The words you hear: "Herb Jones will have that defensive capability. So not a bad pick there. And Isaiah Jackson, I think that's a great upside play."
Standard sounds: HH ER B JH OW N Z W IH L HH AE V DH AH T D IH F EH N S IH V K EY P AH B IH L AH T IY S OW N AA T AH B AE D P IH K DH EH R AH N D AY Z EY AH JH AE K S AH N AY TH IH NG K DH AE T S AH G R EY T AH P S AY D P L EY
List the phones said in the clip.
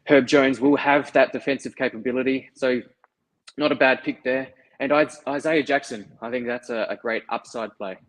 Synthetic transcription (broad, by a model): HH ER B JH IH N Z W IH L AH V DH AH T D IH F EH N S IH V K EY P AH B IH L AH T IY S OW N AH T AH B AE D P IH K DH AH R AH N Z AY Z EY AH JH AE K S AH N AY TH IH NG K DH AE T S AH G R EY T AH P S AY D P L EY